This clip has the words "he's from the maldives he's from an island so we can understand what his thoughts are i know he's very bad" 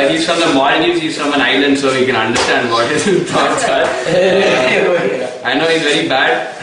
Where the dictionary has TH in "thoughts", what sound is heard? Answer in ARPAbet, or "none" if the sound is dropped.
T